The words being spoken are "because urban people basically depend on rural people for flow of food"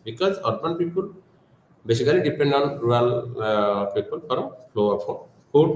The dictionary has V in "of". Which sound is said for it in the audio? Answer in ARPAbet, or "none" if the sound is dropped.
P